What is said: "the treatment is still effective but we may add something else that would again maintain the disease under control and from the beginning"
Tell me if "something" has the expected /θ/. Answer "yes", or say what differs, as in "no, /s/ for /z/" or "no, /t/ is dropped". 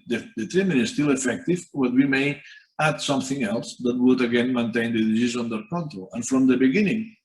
yes